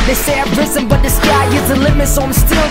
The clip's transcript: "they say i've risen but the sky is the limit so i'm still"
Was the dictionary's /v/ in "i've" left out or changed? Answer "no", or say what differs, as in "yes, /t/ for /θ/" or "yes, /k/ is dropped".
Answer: yes, /p/ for /v/